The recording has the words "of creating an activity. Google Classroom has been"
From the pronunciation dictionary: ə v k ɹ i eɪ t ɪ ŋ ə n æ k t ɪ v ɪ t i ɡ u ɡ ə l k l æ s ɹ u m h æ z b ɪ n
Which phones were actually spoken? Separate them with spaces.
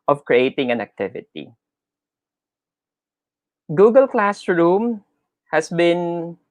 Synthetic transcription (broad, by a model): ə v k ɹ i eɪ t ɪ ŋ ə n æ k t ɪ v ɪ t i ɡ u ɡ ə l k l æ s ɹ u m h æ s b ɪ n